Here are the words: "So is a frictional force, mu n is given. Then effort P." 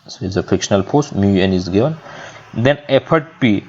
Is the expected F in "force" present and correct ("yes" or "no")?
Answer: no